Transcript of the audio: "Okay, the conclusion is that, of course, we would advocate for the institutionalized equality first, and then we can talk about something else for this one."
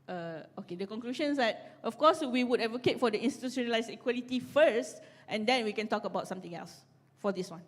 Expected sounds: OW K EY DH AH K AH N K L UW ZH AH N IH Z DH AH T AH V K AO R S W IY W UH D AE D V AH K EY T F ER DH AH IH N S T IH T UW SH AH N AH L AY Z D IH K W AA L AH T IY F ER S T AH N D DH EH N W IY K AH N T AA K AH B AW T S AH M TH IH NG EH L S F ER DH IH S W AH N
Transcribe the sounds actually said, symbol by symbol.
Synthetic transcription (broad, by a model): OW K EY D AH K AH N K L UW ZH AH N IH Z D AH T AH F K AO S W IY W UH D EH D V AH K EY T F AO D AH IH N S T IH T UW S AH N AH L AY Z IH K W AA L AH T IY F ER S T AH N D EH N W IY K AH N T AA K AH B AW T S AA M T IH NG EH L S F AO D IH S W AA N